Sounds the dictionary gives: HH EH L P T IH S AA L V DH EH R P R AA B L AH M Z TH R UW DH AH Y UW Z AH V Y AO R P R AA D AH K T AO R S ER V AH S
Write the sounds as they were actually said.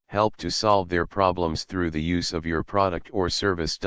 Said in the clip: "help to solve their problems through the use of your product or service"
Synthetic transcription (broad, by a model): HH EH L P T IH S AA L V DH EH R P R AA B L AH M Z TH R UW DH AH Y UW Z AH V Y AO R P R AA D AH K T AO R S ER V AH S